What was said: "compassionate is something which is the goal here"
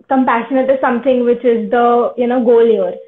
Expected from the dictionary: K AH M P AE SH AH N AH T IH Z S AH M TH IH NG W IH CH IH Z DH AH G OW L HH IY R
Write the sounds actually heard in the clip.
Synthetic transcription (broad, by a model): K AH M P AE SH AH N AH T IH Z S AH M T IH NG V IH CH IH Z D AH G OW L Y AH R